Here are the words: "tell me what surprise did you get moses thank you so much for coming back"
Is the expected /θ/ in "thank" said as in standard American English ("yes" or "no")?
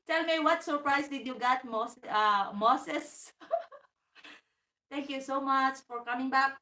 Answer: no